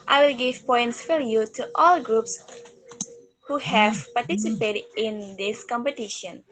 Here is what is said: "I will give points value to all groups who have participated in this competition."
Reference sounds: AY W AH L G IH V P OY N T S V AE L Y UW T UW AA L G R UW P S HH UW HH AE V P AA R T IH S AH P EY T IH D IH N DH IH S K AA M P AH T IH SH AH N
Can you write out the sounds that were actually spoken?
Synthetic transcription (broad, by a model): AY W AH L G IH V P OY N T S F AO Y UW T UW AA L G R UW P S HH UW HH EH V P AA R T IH S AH P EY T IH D IH N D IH S K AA M P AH T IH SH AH N